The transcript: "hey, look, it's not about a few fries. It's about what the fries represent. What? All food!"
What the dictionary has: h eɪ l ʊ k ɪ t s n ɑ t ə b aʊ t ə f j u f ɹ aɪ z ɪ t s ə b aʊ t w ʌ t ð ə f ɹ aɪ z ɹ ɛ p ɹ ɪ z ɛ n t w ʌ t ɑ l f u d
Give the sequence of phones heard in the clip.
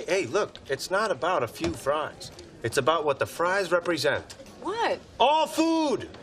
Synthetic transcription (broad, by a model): eɪ l ʊ k ɪ t s n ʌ t ə b aʊ t ə f j u f ɹ aɪ z ɪ t s ə b aʊ t w ʌ t ð ə f ɹ aɪ z ɹ ɛ p ɹ ɪ z ɛ n t w ʌ t ɑ l f u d